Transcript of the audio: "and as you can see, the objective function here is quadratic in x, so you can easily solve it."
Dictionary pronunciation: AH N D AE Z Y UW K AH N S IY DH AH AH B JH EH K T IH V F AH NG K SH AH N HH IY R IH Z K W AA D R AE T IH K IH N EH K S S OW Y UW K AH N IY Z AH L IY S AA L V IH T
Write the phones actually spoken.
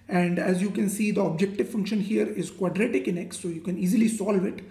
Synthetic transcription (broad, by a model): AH N D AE Z Y UW K AH N S IY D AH AH B JH EH K T IH V F AH NG K SH AH N HH IY R IH Z K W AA D R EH T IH K IH N EH K S S OW Y UW K AH N IY Z AH L IY S AA L V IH T